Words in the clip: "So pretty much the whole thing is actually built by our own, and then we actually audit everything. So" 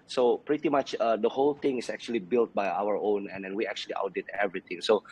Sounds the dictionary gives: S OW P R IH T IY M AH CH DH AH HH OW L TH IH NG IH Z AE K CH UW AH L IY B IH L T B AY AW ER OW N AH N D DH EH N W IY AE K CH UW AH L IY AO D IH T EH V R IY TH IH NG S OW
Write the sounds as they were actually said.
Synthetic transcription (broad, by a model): S OW P R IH T IY M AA CH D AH HH OW L T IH NG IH S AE K CH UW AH L IY B IH L T B AY AW ER OW N AH N D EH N W IY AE K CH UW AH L IY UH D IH T EH V R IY T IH NG S OW